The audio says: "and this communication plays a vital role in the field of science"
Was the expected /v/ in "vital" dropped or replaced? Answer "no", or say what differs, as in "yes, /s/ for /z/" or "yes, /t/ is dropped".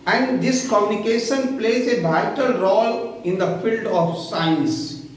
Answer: yes, /b/ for /v/